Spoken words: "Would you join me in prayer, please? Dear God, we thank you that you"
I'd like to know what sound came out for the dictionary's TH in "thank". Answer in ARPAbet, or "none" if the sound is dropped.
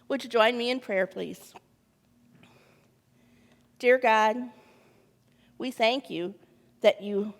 TH